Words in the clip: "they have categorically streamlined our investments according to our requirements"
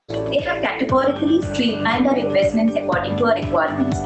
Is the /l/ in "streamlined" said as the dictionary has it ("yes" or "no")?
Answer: no